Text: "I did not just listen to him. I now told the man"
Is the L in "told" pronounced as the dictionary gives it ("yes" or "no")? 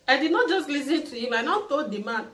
no